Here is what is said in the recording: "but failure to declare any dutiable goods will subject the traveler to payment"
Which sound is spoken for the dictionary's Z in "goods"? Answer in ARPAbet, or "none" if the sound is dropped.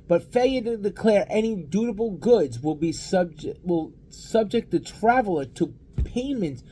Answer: Z